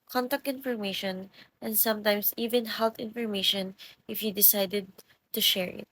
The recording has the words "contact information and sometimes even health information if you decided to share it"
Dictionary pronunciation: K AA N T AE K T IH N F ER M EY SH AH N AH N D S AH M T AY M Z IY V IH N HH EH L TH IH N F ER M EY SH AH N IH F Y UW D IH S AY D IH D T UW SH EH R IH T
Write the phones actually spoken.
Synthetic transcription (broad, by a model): K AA N T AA K T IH N F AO M EY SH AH N AH N D S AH M T AY M S IY V IH N HH EH L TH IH N F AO M EY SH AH N IH F Y UW D IH S AY D IH D T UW SH EH R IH T